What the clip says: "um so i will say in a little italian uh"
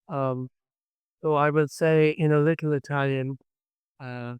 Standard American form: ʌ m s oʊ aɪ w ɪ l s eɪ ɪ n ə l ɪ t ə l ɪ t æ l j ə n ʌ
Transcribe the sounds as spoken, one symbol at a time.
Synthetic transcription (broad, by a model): ʌ m s oʊ aɪ w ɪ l s eɪ ɪ n ə l ɪ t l ɪ t æ l j ə n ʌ